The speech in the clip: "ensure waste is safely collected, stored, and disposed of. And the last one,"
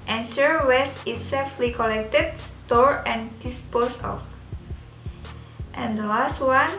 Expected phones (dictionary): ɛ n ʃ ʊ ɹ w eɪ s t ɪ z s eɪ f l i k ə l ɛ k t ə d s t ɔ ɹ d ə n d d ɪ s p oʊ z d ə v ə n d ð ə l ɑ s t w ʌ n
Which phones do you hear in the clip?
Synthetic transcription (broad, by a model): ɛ n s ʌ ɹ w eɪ s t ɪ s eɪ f l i k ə l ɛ k t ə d s t ɔ ɹ ə n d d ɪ s p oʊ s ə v ə n d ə l ɑ s t w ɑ n